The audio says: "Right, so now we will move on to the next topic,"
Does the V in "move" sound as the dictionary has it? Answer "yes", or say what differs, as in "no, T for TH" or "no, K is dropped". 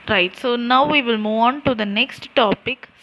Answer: yes